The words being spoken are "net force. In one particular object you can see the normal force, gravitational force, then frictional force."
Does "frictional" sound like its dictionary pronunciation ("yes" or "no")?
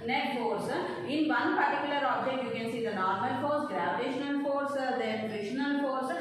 no